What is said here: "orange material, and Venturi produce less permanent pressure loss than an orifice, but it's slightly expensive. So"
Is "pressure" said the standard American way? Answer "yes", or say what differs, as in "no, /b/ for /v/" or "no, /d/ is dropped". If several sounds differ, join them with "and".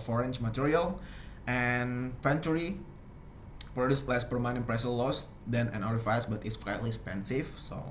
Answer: no, /s/ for /ʃ/